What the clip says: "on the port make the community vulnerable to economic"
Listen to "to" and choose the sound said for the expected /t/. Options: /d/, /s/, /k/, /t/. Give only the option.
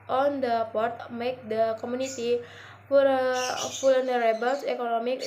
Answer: /s/